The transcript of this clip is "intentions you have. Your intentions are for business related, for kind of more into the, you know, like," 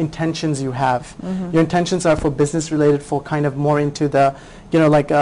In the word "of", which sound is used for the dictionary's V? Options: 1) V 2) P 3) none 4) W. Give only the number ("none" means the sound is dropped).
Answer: 1